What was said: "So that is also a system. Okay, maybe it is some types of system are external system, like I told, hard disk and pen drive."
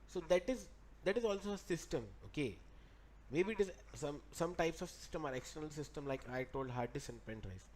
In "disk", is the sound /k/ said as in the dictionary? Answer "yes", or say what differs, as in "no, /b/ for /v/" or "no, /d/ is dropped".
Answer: no, /k/ is dropped